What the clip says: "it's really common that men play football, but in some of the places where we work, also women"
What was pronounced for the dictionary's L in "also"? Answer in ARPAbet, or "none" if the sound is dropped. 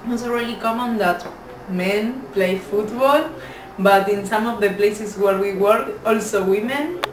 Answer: L